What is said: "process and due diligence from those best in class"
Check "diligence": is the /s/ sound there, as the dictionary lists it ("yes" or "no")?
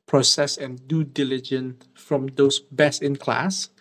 no